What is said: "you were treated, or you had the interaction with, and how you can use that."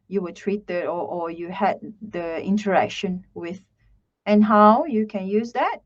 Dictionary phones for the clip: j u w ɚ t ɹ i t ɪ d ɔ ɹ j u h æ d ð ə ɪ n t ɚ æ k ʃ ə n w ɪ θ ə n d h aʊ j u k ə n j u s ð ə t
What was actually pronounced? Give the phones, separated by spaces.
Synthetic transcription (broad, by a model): j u w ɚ t ɹ i t ɪ d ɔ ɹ j u h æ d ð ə ɪ n t ɚ æ k ʃ ə n w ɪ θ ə n h aʊ j u k ə n j u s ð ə t